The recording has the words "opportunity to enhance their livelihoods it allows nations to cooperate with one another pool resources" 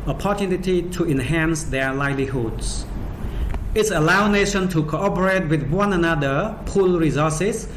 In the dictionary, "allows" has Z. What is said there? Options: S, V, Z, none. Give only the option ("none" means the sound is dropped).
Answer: none